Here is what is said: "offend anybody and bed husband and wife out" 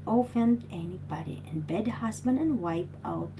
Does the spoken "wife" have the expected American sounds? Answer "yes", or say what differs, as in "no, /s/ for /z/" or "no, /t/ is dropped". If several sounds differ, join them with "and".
no, /p/ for /f/